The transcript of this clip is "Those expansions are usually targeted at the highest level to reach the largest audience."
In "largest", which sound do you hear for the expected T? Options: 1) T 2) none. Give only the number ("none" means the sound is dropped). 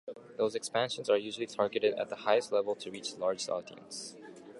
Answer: 2